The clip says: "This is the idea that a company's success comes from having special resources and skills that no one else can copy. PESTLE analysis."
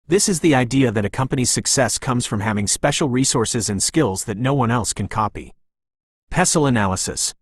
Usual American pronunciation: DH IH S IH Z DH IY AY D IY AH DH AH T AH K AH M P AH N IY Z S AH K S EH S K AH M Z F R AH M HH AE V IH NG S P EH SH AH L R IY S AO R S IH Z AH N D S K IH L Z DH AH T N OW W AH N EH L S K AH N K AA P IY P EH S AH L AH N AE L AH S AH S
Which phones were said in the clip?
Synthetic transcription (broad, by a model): DH IH S IH Z DH IY AY D IY AH DH AH T AH K AH M P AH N IY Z S AH K S EH S K AH M Z F R AH M HH AE V IH NG S P EH SH L R IY S AO R S IH Z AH N S K IH L Z DH AH T N OW W AH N EH L S K AH N K AA P IY P EH S L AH N AE L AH S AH S